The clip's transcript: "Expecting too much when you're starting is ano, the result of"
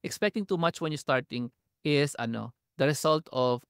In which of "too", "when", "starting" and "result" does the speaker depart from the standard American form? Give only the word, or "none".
result